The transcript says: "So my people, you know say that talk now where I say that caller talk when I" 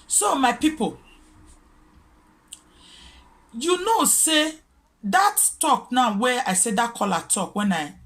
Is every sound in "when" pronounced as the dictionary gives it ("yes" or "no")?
yes